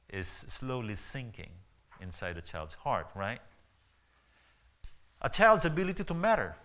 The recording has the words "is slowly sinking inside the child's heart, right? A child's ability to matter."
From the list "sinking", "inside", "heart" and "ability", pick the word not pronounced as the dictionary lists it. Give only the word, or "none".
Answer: none